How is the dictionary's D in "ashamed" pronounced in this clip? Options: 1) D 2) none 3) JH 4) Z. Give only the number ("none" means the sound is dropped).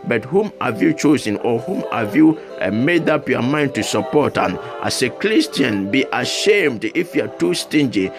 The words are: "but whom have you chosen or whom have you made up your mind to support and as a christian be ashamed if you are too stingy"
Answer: 1